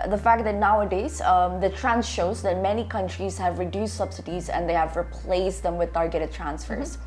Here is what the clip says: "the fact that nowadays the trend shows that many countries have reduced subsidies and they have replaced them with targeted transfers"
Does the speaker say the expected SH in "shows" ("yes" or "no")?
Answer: yes